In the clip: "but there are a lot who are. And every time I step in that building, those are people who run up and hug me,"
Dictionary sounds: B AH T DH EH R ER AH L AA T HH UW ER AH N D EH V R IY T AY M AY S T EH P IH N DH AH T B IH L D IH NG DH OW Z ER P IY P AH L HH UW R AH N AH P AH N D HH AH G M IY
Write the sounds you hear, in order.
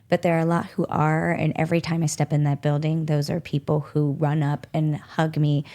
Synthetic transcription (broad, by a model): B AH T DH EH R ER AH L AA T HH UW ER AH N EH V R IY T AY M AY S T EH P IH N DH AH T B IH L D IH NG DH OW Z ER P IY P L HH UW R AH N AH P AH N HH AH G M IY